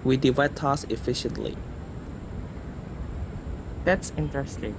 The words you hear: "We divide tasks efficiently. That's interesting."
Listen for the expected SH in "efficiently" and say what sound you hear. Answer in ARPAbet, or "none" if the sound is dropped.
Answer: SH